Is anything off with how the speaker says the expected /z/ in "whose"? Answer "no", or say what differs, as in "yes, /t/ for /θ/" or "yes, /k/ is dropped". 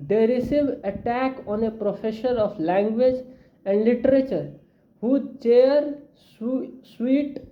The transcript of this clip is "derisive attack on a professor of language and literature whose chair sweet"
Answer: yes, /z/ is dropped